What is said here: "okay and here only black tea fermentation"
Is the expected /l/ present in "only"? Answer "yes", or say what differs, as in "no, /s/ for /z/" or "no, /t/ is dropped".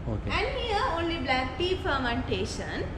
yes